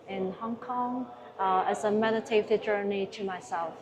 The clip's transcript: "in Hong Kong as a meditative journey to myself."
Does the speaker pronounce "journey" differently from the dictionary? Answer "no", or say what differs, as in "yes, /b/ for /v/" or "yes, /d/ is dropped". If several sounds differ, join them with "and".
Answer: no